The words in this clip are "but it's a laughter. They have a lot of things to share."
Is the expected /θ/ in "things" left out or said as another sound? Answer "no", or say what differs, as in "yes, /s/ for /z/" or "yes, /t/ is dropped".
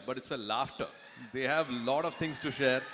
yes, /t/ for /θ/